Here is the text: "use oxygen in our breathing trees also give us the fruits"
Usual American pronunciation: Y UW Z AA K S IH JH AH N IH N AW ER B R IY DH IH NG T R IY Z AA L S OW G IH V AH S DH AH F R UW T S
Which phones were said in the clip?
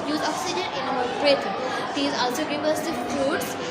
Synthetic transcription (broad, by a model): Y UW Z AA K S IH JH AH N IH N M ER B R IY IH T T IY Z AA L S OW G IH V AH S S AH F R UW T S